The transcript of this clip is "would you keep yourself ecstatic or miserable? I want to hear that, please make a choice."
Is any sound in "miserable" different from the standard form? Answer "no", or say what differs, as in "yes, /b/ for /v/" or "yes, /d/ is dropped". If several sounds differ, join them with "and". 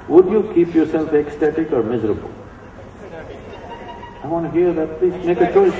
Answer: no